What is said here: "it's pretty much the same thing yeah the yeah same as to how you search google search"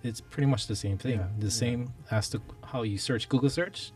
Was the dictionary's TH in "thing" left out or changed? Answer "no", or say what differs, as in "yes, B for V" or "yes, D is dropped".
no